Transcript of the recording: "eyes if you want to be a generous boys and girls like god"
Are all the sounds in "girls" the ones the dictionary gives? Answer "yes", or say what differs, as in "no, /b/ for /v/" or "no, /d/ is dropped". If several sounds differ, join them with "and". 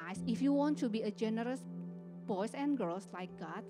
no, /s/ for /z/